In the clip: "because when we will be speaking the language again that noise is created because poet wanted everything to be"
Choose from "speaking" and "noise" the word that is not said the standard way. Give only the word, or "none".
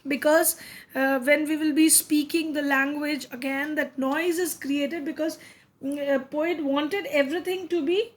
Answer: none